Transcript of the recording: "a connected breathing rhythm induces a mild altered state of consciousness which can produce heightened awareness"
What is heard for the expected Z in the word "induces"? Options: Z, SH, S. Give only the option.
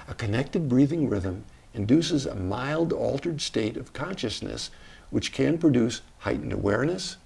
Z